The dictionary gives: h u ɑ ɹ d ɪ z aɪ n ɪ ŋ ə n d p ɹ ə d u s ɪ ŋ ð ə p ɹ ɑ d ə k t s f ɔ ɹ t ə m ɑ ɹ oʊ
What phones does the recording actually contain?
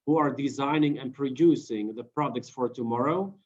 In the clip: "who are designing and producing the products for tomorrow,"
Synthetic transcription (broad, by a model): h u ɑ ɹ d ɪ z aɪ n ɪ ŋ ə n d p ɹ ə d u s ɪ ŋ ð ə p ɹ ɑ d ə k t s f ɔ ɹ t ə m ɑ ɹ oʊ